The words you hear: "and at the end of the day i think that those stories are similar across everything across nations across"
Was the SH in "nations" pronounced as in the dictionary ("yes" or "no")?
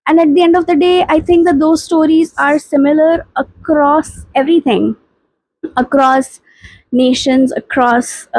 yes